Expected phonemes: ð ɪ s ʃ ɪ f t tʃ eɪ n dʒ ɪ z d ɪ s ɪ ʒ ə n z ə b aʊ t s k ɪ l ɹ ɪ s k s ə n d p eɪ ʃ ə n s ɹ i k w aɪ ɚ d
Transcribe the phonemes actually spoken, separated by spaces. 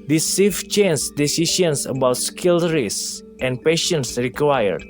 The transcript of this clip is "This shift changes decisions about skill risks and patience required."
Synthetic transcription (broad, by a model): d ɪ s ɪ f tʃ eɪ n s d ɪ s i ʃ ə n s ə b aʊ t s k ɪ l ɹ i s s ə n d p eɪ ʃ ə n s ɹ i k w aɪ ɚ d